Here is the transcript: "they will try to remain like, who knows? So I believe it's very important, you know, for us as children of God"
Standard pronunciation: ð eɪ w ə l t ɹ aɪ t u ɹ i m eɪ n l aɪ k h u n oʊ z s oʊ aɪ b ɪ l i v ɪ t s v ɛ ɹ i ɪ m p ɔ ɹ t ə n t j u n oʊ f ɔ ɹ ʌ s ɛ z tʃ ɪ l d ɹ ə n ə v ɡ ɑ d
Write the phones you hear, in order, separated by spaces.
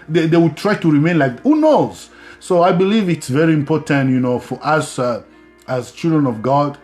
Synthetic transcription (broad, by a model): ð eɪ w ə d t ɹ aɪ t u ɹ i m eɪ n l aɪ k h u n oʊ z s oʊ aɪ b ɪ l i v ɪ t s v ɛ ɹ i ɪ m p ɔ ɹ t ə n t j u n oʊ f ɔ ɹ ʌ s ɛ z tʃ ɪ l d ɹ ə n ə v ɡ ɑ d